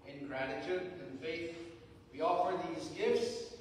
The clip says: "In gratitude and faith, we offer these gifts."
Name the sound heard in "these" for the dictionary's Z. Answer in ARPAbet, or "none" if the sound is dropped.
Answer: Z